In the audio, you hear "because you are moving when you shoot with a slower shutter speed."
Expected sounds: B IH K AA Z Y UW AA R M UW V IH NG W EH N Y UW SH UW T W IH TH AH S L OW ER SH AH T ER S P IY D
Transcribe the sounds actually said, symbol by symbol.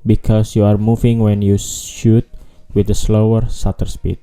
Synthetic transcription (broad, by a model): B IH K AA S Y UW AA R M UW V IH NG W EH N Y UW SH UW T W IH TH AH S L OW ER S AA T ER S P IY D